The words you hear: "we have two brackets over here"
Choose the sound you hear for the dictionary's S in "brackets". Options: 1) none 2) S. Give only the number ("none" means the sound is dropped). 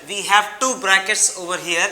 2